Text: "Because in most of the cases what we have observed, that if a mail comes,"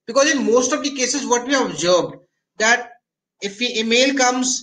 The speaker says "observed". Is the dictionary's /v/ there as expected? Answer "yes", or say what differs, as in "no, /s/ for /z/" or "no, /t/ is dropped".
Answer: no, /b/ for /v/